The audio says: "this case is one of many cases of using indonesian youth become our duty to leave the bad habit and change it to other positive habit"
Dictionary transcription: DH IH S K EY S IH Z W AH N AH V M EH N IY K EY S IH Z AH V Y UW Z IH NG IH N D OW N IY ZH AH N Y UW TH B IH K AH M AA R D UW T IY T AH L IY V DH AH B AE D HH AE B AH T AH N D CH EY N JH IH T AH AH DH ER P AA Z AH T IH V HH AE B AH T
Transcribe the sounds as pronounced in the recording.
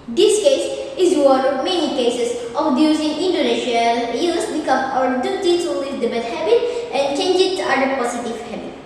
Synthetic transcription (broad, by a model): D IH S K EY S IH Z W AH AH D M EH N IY K EY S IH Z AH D Y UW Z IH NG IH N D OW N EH SH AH L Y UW S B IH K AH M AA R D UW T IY S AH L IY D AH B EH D HH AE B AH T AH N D CH EY N JH IH T AH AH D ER P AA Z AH T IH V HH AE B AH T